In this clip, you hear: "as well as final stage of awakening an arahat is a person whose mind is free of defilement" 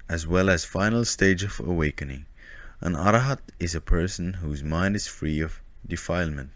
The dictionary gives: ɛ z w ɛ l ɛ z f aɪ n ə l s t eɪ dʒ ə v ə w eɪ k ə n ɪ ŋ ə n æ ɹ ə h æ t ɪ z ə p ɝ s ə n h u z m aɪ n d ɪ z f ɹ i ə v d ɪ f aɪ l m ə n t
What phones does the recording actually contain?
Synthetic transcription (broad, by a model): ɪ z w ɛ l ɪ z f aɪ n l s t eɪ dʒ ə v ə w eɪ k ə n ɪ ŋ ə n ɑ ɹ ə h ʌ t ɪ z ə p ɝ s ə n h u z m aɪ n d ɪ z f ɹ i ə v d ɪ f aɪ l m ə n t